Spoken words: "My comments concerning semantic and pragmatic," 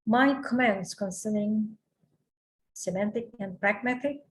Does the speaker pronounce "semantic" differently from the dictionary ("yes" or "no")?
no